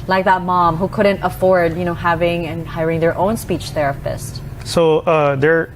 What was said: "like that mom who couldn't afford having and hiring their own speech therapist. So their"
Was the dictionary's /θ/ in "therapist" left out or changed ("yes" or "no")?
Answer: no